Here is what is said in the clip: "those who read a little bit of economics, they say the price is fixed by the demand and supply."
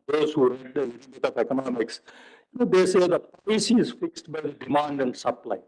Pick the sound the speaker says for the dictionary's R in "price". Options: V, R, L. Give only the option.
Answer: L